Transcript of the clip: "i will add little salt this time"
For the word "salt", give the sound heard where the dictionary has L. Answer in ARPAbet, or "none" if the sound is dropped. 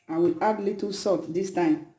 none